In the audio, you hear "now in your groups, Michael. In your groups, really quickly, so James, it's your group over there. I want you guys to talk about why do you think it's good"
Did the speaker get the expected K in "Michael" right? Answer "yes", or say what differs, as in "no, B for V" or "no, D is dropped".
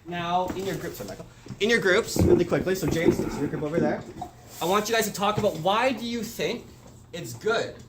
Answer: no, K is dropped